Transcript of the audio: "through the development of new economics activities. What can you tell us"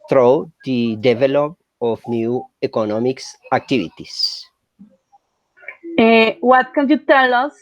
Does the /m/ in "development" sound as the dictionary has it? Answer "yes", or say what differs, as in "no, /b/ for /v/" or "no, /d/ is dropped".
no, /m/ is dropped